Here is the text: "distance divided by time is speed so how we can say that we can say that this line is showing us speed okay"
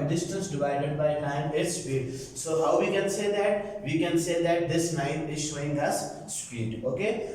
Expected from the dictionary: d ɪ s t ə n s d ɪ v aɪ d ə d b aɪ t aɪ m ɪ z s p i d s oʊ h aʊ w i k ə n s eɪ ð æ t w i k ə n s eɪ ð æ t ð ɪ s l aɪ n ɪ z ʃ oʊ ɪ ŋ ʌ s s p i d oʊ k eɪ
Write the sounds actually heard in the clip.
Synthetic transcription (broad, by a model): d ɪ s t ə n s d ɪ v aɪ d ə d b aɪ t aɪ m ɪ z s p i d s oʊ h aʊ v i k ə n s eɪ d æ t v i k ə n s eɪ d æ t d ɪ s n aɪ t ɪ z ʃ oʊ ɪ ŋ ʌ s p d i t oʊ k eɪ